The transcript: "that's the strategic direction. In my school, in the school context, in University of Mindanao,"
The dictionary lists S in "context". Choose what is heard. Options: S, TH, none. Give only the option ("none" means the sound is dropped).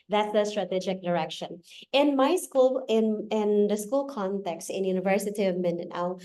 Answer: S